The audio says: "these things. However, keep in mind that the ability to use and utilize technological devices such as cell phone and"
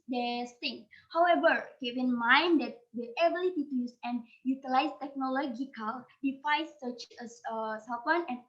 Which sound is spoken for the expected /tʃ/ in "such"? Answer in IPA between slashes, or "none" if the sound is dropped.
/s/